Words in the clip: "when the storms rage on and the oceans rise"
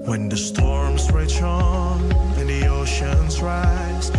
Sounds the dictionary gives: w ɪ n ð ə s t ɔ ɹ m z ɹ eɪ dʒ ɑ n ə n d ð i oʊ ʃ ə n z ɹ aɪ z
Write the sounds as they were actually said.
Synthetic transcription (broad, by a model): w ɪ n ð ə s t ɔ ɹ m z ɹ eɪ tʃ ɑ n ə n ð i oʊ ʃ ə n z ɹ aɪ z